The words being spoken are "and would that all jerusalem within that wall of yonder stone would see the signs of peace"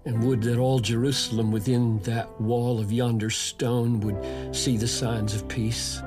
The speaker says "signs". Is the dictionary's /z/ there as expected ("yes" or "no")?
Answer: yes